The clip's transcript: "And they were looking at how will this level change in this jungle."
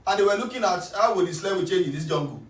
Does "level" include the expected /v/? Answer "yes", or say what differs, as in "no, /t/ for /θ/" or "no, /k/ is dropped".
no, /w/ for /v/